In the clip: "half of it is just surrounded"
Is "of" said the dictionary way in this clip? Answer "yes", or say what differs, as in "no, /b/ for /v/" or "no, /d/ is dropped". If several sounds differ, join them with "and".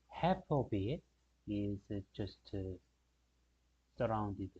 no, /p/ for /v/